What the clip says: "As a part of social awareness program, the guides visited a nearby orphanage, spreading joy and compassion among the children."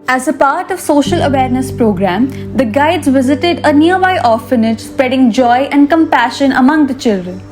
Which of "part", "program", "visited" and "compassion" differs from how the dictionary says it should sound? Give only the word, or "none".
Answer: none